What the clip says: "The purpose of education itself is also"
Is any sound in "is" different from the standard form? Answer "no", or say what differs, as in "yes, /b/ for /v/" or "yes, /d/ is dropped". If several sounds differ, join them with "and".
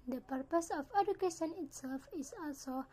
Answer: yes, /s/ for /z/